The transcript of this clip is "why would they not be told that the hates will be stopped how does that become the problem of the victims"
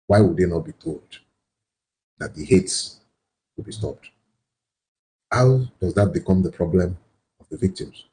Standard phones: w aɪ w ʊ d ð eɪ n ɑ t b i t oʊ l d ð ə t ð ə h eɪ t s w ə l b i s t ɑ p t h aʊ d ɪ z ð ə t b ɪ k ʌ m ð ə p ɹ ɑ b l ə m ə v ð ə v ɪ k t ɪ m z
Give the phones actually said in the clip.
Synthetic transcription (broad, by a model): w aɪ w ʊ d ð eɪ n ɑ t b i t oʊ l d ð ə t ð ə h eɪ t s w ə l b i s t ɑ p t h aʊ d ɪ z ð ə t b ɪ k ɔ m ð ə p ɹ ɑ b l ə m ə v ð ə v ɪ k t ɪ m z